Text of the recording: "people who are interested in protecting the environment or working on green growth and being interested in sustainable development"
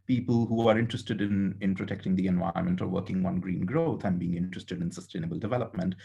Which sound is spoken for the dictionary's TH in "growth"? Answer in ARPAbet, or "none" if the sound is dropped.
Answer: T